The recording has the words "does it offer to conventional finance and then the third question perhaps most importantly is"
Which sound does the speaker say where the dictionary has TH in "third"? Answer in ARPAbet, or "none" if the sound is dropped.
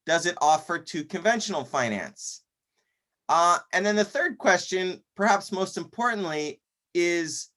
TH